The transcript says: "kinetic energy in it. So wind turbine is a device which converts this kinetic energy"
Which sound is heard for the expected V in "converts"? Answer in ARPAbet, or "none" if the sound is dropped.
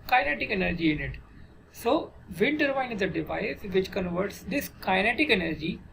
V